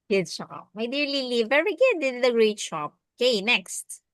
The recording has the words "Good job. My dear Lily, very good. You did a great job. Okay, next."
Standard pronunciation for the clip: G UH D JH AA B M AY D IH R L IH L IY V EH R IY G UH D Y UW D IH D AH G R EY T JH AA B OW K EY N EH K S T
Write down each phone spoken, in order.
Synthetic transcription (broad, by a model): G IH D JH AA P M AY D IH R L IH L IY V EH R IY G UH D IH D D AH G R EY T SH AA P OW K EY N EH K S T